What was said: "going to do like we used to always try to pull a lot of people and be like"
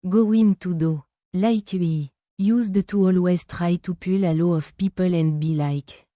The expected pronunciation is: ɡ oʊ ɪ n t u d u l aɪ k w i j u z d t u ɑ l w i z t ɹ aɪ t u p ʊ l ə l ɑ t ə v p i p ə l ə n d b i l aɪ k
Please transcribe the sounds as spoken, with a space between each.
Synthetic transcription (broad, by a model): ɡ oʊ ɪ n t u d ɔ l aɪ k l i j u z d t u ɑ l w i z t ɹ aɪ t u p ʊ l ə l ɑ ə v p i p ə l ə n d b i l aɪ k